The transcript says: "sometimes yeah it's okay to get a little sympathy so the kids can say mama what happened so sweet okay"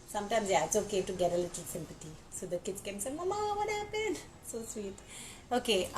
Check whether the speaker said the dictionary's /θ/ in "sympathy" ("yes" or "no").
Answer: no